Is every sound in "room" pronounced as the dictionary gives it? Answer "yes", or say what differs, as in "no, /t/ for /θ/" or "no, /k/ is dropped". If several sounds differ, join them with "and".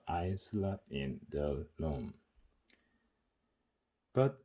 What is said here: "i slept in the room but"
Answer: no, /l/ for /ɹ/